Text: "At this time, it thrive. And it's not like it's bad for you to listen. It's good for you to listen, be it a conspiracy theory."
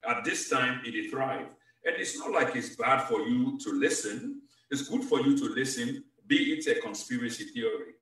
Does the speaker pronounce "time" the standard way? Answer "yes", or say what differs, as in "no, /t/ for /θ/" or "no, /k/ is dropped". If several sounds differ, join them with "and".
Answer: yes